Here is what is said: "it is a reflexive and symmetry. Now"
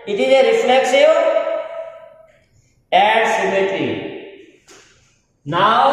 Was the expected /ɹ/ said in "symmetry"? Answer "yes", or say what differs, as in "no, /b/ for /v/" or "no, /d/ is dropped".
no, /ɹ/ is dropped